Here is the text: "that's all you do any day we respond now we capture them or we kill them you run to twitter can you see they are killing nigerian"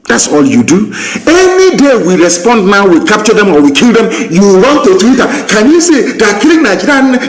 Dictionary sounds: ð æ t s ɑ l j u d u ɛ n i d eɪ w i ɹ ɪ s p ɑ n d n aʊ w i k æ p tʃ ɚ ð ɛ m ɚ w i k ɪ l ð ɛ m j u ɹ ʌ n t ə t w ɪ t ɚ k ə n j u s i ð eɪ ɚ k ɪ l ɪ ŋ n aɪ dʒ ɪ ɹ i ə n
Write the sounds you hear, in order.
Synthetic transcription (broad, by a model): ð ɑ t s ɑ l j u d u ɛ n i d eɪ w i ɹ ɪ s p ɑ n d n aʊ w i k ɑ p tʃ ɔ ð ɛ m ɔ w i k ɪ l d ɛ m j u w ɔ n t ə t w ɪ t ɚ k ə n j u s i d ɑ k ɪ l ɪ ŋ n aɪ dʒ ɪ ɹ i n